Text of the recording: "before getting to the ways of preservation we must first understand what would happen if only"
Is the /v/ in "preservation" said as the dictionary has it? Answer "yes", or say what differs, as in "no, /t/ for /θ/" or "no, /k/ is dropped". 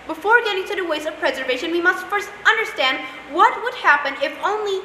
yes